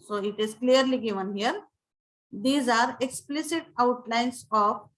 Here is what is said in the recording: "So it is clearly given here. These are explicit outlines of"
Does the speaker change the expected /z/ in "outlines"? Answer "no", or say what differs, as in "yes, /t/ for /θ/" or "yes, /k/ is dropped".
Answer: yes, /s/ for /z/